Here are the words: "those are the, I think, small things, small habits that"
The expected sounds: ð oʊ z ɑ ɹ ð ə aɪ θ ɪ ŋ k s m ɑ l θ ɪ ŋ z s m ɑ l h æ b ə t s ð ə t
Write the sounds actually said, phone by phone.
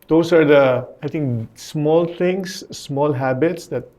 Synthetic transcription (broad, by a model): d oʊ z ɑ ɹ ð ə aɪ t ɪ ŋ k s m ɑ l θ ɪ ŋ s m ɑ l h æ b ə t s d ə t